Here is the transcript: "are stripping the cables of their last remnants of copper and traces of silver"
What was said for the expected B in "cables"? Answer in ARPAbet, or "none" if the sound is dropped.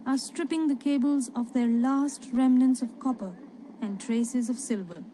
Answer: B